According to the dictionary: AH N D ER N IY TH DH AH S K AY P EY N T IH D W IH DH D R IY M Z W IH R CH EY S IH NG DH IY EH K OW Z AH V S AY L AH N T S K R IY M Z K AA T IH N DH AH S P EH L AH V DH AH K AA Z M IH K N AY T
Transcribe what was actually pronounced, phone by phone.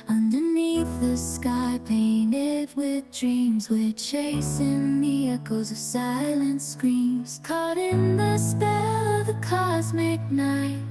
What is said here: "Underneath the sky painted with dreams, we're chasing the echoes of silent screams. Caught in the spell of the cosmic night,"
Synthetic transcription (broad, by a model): AH N D ER N IY TH DH AH S K AY P EY N T IH D W IH DH D R IY M Z W IH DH CH EY S IH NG DH IY EH K OW Z AH V S AY L AH N T S K R IY M Z K AA T IH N DH AH S P EH L AH V DH AH K AA Z M IH K N AY T